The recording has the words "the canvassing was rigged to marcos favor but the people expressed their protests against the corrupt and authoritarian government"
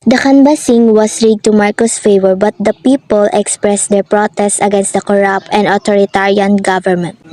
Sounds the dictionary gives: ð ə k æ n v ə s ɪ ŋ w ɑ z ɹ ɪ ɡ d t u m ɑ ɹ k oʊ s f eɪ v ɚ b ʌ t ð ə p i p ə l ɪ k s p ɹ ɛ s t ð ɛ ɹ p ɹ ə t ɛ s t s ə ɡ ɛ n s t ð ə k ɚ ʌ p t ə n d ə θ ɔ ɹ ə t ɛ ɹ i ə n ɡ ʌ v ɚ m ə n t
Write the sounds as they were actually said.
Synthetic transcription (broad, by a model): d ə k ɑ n b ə s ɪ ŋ w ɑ s ɹ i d t u m ɑ ɹ k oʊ s f eɪ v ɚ b ʌ t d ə p i p ə l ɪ k s p ɹ ɛ s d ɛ ɹ p ɹ ə t ɛ s t s ə ɡ ɛ n s t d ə k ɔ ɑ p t ə n d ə t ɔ ɹ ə t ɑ ɹ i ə n ɡ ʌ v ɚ m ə n t